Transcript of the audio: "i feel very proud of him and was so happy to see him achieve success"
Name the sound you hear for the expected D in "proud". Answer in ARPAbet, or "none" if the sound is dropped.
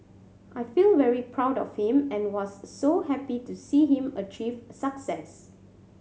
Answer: D